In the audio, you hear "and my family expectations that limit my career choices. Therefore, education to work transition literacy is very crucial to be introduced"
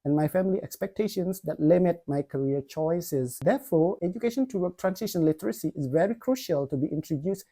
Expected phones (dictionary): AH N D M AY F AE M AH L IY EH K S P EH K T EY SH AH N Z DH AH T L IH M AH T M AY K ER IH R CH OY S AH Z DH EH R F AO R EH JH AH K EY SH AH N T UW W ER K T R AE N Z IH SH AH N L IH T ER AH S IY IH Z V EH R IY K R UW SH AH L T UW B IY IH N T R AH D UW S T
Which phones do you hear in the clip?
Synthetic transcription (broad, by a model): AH N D M AY F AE M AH L IY EH K S P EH K T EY SH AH N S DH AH T L IH M AH T M AY K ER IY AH CH OY S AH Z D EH F AO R EH JH AH K EY SH AH N T UW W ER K T R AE N S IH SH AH N L IH T ER AH S IY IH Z V EH R IY K R UW SH AH L T UW B IY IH N T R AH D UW S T